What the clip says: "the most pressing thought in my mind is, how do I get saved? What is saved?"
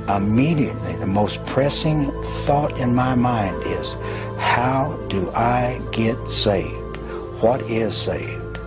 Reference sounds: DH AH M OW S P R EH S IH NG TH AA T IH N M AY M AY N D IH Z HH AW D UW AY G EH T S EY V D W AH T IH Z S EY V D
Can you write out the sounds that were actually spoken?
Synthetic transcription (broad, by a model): DH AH M OW S P R EH S IH NG TH AA T IH N M AY M AY N D IH Z HH AW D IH AY G EH T S EY V D W AH T IH Z S EY V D